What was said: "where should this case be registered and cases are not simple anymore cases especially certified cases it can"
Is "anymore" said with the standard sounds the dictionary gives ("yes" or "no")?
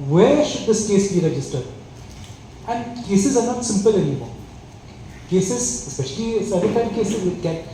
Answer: no